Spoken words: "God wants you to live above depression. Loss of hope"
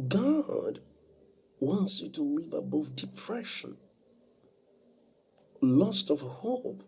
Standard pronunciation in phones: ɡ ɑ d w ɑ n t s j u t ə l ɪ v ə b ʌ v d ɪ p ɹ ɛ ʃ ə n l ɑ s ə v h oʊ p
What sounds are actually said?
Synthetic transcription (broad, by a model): ɡ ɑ d w ɑ n t s j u t ə l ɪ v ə b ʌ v d ɪ p ɹ ɛ ʃ ə n l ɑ s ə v h oʊ p